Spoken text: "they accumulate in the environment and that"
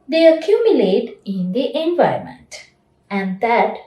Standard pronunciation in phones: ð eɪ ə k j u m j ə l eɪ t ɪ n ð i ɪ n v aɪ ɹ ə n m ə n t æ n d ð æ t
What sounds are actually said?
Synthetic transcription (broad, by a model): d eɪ ə k j u m j ə l eɪ t ɪ n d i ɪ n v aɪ ə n m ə n t æ n d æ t